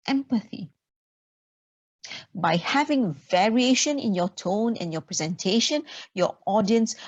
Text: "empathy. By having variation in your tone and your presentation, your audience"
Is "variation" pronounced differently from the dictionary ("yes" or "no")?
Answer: no